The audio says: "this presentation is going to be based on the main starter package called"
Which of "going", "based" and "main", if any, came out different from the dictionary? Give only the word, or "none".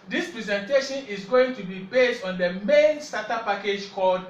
none